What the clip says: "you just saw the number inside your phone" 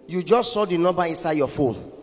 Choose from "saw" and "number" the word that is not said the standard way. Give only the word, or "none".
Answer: number